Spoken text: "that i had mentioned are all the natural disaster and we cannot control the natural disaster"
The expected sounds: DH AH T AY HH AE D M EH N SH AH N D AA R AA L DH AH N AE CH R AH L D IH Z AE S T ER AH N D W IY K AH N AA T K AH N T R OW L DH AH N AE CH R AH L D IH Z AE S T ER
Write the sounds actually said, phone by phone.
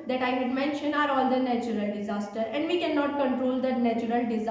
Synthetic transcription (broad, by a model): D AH T AY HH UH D M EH N SH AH N AA R AA L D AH N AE CH R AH L D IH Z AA S T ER AH N D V IY K AH N AA T K AH N T R OW L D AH N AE CH R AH L D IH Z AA